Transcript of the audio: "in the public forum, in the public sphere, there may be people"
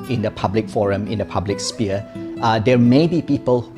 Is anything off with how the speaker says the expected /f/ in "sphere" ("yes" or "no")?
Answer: yes